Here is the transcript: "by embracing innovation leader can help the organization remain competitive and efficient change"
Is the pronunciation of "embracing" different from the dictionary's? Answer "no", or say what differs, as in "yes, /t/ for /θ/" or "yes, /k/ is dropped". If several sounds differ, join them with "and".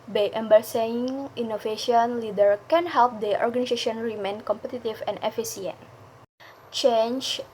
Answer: yes, /s/ is dropped